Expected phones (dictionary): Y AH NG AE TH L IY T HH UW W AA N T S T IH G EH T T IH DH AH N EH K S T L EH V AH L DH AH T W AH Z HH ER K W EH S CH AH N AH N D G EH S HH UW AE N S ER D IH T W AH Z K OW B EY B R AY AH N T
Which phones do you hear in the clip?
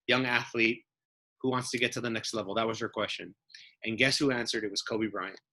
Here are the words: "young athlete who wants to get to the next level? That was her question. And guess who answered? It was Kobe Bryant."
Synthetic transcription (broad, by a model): Y AH NG AE TH L IY T HH UW W AA N T S T IH G EH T T IH DH AH N EH K S T L EH V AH L DH AH T W AH Z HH ER K W EH S CH AH N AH N G EH S HH UW AE N S ER D IH T W AH Z K OW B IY B R AY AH N